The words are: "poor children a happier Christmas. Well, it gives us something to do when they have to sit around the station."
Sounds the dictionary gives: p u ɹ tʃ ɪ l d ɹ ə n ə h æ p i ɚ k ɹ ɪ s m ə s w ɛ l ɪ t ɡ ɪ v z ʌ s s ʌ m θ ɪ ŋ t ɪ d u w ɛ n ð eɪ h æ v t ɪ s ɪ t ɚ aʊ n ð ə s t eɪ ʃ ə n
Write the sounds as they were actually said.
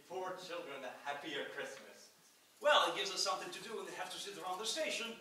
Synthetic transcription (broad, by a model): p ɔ ɹ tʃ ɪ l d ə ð ə h æ p i ɚ k ɹ ɪ s m ə s w ɛ l ɪ t ɡ ɪ v z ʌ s s ʌ m θ ɪ ŋ t ɪ d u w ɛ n ð eɪ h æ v t ɪ s ɪ t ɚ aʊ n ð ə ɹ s eɪ ʃ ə n